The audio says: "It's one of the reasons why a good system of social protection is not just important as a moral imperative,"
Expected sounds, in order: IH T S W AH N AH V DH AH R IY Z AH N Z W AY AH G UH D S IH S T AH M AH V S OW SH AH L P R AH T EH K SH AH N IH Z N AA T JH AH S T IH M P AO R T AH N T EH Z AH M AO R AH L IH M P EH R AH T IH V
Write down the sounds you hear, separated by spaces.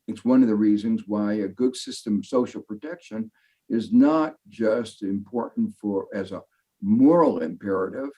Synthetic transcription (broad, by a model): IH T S W AH N AH V DH AH R IY Z AH N Z W AY AH G UH D S IH S T AH M AH V S OW SH L P R AH T EH K SH AH N IH Z N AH T JH AH S T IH M P AO R T N T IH Z AH M AO R L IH M P EH R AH T IH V